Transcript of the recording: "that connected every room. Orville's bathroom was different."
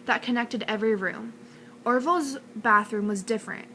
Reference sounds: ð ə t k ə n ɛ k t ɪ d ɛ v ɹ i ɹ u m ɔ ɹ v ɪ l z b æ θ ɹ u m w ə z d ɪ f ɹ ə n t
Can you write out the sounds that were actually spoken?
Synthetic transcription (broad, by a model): ð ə t k ə n ɛ k t ɪ d ɛ v ɹ i ɹ u m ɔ ɹ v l z b æ θ ɹ u m w ə z d ɪ f ɹ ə n t